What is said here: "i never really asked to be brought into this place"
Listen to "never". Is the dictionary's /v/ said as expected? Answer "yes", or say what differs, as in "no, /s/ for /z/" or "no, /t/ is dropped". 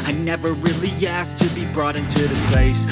yes